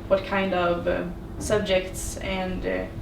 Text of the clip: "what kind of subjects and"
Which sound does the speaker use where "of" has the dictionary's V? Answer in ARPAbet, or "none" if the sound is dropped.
V